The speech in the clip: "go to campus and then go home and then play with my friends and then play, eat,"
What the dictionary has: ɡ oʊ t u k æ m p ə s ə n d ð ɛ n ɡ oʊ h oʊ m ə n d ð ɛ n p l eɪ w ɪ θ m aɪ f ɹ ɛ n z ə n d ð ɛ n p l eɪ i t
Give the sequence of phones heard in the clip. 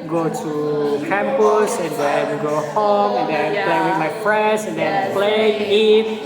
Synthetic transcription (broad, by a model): ɡ oʊ t u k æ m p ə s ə n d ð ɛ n ɡ oʊ h oʊ m ə n d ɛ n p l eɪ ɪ m aɪ p ɹ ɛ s ə n d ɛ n p l eɪ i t